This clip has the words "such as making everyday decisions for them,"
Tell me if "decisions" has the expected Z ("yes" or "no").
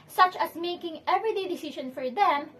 no